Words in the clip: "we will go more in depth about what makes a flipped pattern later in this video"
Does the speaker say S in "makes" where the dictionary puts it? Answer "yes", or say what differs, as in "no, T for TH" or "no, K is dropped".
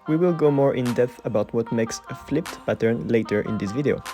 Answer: yes